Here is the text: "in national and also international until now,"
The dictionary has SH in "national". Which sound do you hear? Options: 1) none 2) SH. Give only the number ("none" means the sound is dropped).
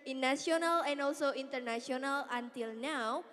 1